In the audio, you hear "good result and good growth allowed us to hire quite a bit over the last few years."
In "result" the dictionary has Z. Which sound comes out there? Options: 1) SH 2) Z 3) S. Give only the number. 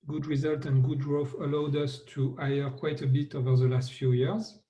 2